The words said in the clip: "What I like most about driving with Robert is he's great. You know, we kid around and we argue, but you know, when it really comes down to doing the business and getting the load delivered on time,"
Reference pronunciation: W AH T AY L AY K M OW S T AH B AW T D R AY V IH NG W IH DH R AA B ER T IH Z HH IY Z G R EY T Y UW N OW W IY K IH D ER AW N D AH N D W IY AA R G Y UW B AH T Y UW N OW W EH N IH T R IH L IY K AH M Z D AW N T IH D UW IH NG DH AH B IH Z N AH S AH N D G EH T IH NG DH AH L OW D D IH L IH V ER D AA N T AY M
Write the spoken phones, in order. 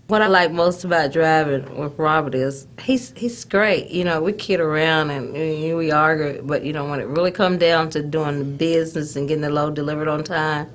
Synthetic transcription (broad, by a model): W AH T AY L AY K M OW S T AH B AW T D R AY V IH NG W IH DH R AA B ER T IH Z HH IY Z G R EY T Y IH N OW W IY K IH D ER AW N D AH N W IY AA R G Y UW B AH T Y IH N OW W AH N IH T R IH L IY K AH M D AW N T IH D UW IH NG DH AH B IH Z N AH S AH N G EH T IH NG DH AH L OW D D IH L IH V ER D N T AY M